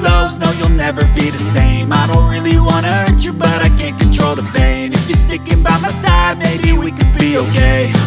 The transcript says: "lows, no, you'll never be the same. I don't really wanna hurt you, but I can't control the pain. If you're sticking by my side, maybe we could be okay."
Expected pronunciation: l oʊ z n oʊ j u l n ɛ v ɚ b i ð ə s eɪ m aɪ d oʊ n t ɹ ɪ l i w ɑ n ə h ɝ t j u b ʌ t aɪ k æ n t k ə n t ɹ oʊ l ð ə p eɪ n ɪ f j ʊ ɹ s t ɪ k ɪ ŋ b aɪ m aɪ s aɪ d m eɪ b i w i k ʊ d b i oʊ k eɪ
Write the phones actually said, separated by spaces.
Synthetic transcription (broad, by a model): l oʊ z n oʊ j u l n ɛ v ɚ b i ð ə s eɪ m aɪ d oʊ n t ɹ ɪ l i w ɑ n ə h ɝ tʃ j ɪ b ʌ t aɪ k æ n k ə n t ɹ oʊ l ð ə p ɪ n ɪ f j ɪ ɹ s t ɪ k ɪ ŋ b aɪ m aɪ s aɪ d m eɪ b i w i k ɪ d b i oʊ k eɪ